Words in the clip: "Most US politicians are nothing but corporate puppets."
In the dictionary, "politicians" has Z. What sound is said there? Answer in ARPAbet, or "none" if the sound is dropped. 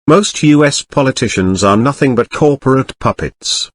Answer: Z